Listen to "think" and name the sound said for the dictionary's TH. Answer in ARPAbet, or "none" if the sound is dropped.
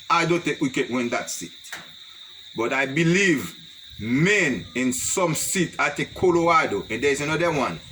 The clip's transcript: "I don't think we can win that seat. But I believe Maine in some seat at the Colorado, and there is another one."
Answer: T